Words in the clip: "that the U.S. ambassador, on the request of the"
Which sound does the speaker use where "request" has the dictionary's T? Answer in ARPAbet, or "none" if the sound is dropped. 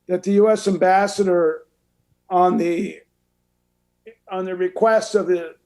T